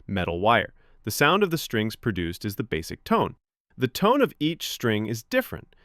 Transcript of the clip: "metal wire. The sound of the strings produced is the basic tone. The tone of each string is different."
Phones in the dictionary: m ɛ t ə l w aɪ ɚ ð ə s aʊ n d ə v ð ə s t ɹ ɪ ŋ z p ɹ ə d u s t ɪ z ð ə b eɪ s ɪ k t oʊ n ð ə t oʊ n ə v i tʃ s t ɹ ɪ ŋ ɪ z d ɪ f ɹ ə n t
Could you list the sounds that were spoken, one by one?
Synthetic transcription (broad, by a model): m ɛ t l w aɪ ɚ ð ə s aʊ n d ə v ð ə s t ɹ ɪ ŋ z p ɹ ə d u s t ɪ z ð ə b eɪ s ɪ k t oʊ n ð ə t oʊ n ə v i tʃ s t ɹ ɪ ŋ ɪ z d ɪ f ɹ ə n t